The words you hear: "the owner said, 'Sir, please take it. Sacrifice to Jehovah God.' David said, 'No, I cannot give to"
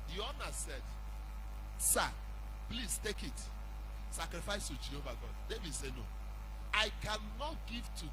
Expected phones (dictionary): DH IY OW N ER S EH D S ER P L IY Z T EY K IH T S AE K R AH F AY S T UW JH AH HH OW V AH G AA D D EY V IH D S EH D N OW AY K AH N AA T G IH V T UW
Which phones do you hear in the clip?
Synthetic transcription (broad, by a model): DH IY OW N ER S EH D S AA P L IY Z T EY K IH T S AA K R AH F AY S T UW JH AH HH OW V AH G AA D D EY V IH D S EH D N OW AY K AH N AA T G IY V T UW